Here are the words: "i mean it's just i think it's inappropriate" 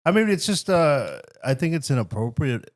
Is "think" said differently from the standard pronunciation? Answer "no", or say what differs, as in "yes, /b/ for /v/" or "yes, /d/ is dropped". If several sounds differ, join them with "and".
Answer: no